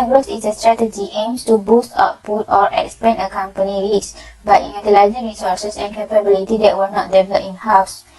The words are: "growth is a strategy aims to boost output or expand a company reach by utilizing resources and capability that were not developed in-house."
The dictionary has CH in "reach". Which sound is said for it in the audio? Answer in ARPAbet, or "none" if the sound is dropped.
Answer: S